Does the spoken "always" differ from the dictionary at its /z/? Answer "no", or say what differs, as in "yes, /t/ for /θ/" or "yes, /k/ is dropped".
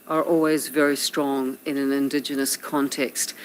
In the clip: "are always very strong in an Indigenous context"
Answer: no